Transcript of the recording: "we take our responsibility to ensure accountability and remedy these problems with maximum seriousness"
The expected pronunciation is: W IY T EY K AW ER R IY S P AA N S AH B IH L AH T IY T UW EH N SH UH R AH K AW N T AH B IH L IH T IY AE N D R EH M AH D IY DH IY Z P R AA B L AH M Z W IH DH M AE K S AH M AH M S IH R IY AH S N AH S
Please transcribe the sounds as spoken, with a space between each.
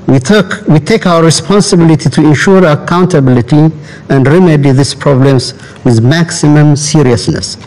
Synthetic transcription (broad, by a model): W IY T EY K AW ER R IY S P AA N S AH B IH L AH T IY T UW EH N SH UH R AH K AW N T AH B IH L IH T IY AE N D R EH M AH D IY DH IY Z P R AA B L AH M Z W IH DH M AE K S AH M AH M S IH R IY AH S N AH S